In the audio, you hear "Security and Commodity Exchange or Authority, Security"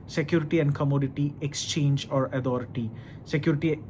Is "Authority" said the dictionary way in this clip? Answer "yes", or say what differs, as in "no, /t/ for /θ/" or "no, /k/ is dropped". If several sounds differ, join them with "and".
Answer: no, /t/ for /θ/